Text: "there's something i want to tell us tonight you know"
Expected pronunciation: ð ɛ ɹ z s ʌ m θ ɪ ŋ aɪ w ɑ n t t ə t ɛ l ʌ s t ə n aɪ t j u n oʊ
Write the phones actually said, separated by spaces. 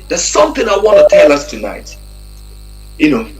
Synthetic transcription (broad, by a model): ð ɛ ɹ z s ʌ m θ ɪ ŋ aɪ w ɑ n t t ə t ɛ l ʌ s t ə n aɪ t j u n oʊ